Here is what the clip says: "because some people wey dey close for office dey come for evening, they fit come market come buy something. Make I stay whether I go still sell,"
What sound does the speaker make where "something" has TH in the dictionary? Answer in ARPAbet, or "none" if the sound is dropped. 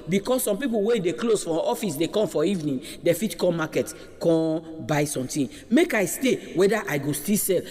T